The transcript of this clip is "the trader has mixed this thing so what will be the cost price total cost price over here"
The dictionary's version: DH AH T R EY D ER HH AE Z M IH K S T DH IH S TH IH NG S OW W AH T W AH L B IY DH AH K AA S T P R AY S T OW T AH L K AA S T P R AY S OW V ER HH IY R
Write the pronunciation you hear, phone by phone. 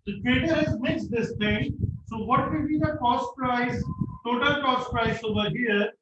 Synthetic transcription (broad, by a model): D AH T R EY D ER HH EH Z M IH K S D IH S T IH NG S OW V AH T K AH N B IY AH K AA S T P R AY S T OW T AH L K AA S T P R AY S OW V ER HH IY R